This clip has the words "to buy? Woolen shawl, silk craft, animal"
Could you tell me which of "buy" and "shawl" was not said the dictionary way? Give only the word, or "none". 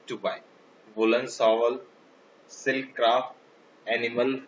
shawl